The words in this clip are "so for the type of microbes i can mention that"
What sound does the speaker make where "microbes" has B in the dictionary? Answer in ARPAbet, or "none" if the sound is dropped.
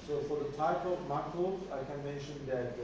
none